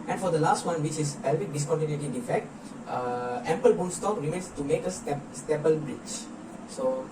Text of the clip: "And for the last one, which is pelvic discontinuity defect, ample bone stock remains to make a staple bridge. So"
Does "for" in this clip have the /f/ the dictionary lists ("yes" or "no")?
yes